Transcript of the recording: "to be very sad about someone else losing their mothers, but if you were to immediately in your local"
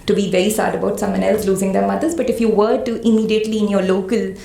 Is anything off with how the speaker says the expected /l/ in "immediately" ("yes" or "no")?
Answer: no